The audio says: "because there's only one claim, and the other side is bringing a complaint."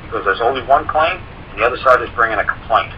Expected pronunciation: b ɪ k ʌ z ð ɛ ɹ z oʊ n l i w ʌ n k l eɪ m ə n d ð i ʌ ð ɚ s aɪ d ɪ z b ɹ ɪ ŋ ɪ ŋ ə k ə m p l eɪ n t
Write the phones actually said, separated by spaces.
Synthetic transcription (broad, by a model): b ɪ k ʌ z ð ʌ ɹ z oʊ n l i w ʌ n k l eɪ ə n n ð i ʌ ð ɚ s aɪ d ɪ z b ɹ ɪ ŋ ɪ ŋ ə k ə m p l eɪ n t